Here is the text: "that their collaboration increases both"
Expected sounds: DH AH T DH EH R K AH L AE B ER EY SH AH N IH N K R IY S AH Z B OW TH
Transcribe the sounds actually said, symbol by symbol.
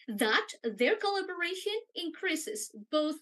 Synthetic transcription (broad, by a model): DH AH T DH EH R K AH L AE B ER EY SH AH N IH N K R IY S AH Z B OW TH